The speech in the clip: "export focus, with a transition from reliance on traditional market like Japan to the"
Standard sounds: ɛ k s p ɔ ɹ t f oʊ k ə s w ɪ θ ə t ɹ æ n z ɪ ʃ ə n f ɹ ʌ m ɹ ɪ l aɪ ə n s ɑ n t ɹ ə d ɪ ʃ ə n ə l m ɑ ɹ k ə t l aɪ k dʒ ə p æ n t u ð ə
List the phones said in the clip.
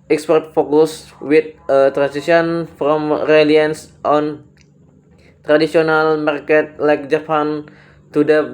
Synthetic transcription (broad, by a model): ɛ k s p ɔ ɹ t f oʊ k ə s w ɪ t ə t ɹ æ n s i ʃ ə n f ɹ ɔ m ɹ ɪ l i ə n s ɑ n t ɹ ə d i s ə n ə l m ɑ ɹ k ə t l aɪ k dʒ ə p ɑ n t u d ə